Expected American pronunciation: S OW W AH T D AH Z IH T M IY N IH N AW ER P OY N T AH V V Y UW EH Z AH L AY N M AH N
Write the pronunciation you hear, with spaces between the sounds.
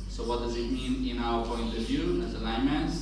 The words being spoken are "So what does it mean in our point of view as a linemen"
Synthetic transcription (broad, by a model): S OW W AH T D AH Z IH T M IY N IH N AW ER P OY N T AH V V Y UW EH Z AH L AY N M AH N